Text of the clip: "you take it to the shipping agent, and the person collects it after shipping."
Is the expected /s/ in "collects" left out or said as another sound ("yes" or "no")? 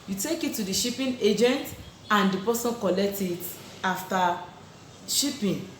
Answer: yes